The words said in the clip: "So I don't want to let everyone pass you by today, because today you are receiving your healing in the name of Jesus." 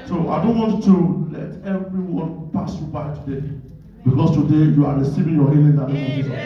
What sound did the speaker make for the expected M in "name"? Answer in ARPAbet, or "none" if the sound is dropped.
none